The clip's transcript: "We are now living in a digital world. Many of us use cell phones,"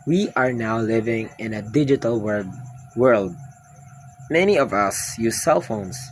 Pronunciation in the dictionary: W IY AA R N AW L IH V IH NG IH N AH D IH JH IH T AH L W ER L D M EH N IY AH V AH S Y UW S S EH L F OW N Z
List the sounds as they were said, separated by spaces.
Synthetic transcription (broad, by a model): W IY AA R N AW L IH V IH NG IH N AH D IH JH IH T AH L W ER L D M EH N IY AH V AH S Y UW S S EH L F OW N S